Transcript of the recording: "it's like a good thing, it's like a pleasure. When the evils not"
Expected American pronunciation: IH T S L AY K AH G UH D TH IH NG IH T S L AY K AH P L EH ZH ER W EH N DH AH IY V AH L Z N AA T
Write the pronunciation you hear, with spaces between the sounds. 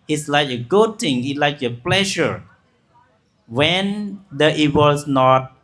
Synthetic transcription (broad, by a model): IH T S L AY K AH G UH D T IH NG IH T L AY K AH P L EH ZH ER W EH N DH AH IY W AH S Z N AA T